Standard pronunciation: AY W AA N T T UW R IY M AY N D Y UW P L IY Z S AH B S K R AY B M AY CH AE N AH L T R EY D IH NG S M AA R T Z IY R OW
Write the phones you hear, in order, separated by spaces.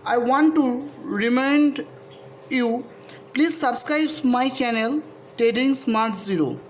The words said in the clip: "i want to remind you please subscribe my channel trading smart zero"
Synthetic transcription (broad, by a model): AY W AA N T T UW R IY M AY N D Y UW P L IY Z S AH B S K R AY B M AY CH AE N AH L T EY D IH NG S M AA R T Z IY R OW